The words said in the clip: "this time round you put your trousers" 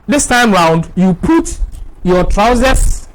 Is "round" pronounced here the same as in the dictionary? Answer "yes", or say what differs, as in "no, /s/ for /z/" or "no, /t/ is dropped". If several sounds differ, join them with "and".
yes